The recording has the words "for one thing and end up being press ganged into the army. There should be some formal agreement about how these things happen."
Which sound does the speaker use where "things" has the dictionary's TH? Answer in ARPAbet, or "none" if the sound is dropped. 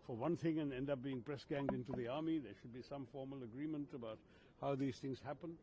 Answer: TH